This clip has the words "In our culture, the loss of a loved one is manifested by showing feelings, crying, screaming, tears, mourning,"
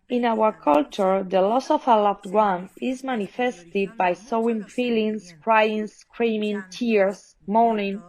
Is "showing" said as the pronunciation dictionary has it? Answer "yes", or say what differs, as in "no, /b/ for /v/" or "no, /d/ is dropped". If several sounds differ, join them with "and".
no, /s/ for /ʃ/